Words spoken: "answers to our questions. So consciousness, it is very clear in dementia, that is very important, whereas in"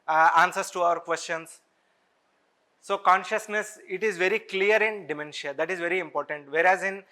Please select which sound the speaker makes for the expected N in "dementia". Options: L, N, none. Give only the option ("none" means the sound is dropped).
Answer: N